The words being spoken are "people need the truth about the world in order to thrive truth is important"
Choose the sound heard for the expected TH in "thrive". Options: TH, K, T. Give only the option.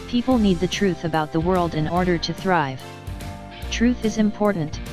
TH